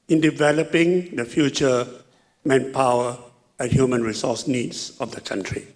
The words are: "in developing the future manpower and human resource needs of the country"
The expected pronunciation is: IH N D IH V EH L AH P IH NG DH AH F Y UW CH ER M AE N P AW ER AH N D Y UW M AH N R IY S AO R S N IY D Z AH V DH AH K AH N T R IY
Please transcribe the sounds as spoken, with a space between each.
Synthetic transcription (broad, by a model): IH N D IH V EH L AH P IH NG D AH F Y UW CH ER M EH N P AW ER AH N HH Y UW M AH N R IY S AO S N IY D S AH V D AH K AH N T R IY